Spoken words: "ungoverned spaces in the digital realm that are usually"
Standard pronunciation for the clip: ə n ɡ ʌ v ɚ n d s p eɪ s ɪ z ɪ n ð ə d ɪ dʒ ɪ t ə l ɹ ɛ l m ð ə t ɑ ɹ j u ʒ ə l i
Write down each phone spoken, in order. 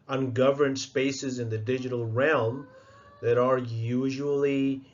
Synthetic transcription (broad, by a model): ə n ɡ ʌ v ɚ n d s p eɪ s ɪ z ɪ n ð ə d ɪ dʒ ɪ t ə l ɹ ɛ l m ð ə t ɑ ɹ j u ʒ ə l i